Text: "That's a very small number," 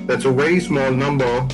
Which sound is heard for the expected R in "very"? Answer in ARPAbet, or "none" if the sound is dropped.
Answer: none